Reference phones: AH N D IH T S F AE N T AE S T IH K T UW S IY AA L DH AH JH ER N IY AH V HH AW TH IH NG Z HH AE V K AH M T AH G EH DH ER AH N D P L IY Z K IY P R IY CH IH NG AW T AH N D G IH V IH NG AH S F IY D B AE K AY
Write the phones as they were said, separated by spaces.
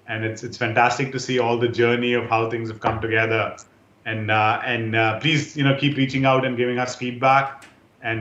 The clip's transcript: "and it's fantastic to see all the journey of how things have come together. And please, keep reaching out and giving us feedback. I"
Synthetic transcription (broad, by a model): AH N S IH T S F AE N T AE S T IH K T UW S IY AA L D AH JH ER N IY AH V HH AW T IH NG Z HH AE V K AH M T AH G EH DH ER AH N D P L IY Z K IY P R IY CH IH NG AW T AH N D G IH V IH NG AH S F IY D B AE K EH